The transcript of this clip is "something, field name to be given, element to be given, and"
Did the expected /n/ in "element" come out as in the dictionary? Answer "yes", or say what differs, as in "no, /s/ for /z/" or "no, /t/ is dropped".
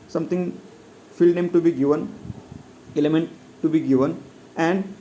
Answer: yes